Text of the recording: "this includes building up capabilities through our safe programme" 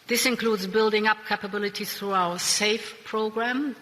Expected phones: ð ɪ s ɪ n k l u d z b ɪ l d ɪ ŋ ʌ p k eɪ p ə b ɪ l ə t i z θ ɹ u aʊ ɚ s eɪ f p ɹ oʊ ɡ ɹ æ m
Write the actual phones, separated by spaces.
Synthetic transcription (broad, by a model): ð ɪ s ɪ n k l u d z b ɪ l d ɪ ŋ ʌ p k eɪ p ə b ɪ l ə t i θ ɹ u aʊ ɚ s eɪ f p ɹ oʊ ɡ ɹ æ m